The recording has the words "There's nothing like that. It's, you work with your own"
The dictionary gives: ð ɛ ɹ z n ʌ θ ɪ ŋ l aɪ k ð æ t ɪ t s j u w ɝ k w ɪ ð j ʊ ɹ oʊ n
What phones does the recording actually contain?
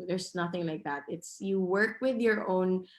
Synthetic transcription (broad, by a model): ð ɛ ɹ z n ʌ θ ɪ ŋ l aɪ k ð æ t ɪ t s j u w ɝ k w ɪ ð j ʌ ɹ oʊ n